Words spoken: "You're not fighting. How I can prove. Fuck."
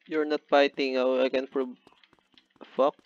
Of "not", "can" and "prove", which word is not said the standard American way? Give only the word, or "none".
prove